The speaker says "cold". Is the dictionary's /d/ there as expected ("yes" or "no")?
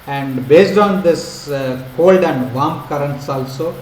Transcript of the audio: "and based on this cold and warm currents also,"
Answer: yes